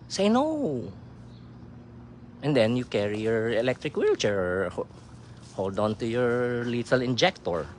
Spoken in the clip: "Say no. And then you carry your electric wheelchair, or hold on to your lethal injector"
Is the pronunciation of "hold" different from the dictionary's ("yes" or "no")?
no